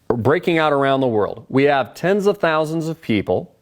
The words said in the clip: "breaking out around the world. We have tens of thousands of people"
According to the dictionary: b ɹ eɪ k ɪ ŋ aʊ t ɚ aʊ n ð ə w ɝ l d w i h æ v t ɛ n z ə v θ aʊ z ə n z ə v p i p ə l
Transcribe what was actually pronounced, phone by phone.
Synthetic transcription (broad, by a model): b ɹ eɪ k ɪ ŋ aʊ t ɚ aʊ n ð ə w ɝ l d w i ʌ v t ɛ n z ə v θ aʊ z ə n z ə v p i p l